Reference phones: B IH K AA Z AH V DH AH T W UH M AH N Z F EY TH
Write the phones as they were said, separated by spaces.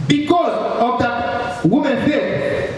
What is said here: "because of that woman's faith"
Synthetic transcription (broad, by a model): B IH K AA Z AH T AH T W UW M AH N F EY